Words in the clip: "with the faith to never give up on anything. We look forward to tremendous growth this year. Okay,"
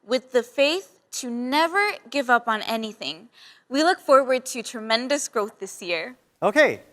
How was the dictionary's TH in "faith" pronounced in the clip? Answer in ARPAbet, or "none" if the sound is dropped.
TH